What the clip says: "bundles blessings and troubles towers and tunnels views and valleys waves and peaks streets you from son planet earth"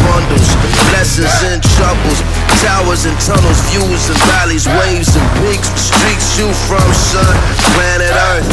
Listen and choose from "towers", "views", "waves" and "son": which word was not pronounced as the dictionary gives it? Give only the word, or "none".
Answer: none